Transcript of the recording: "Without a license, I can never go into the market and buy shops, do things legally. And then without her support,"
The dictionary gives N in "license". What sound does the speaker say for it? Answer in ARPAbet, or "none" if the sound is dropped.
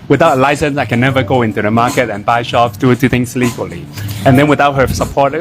N